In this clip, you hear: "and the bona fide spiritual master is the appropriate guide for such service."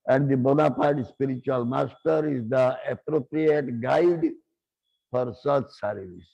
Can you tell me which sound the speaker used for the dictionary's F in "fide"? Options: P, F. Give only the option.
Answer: P